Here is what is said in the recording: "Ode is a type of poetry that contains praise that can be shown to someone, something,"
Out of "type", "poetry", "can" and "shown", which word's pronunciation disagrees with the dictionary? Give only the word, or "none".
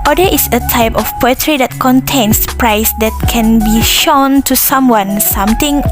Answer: none